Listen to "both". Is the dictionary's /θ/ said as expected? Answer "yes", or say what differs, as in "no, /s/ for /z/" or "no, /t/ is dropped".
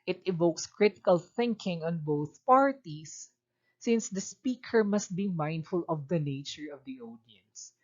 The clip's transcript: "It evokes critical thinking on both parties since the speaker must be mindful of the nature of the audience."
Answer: yes